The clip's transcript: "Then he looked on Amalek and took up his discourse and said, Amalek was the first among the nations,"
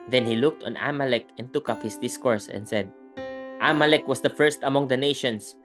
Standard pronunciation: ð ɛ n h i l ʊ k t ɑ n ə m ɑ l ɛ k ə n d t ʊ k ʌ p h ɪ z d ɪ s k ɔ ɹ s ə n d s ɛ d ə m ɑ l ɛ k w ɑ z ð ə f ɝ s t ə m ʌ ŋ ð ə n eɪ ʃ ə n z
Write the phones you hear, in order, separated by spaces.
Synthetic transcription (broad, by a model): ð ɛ n h i l ʊ k t ɑ n ə m ɑ l ɛ k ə n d t ʊ k ʌ p h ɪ s d ɪ s k ɔ ɹ s ə n d s ɛ d ə m ɑ l ɛ k w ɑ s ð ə f ɝ s t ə m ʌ ŋ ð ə n eɪ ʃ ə n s